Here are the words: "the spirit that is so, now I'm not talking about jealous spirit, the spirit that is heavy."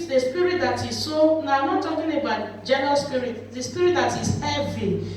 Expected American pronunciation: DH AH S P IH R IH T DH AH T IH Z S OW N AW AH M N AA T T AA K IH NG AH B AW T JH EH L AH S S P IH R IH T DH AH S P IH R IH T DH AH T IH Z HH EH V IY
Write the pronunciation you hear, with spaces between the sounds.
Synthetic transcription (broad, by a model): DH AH S P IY R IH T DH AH T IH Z S OW N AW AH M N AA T T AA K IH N AH B AW T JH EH N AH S S P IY R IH T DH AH S P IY R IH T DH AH T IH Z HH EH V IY